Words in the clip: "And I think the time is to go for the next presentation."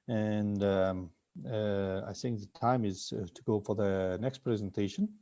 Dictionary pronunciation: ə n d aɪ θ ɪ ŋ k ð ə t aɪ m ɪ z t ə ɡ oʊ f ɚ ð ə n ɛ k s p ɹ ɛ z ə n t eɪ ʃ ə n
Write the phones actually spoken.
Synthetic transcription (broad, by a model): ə n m aɪ θ ɪ ŋ k ð ə t aɪ m ɪ z t ə ɡ oʊ f ɚ ð ə n ɛ k s p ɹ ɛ z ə n t eɪ ʃ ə n